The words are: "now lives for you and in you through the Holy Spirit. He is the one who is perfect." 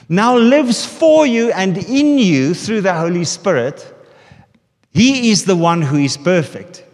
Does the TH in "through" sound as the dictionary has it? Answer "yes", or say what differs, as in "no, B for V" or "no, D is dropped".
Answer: yes